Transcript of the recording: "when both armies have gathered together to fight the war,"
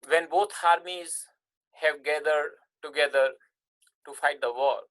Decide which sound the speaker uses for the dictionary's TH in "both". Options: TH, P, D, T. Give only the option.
T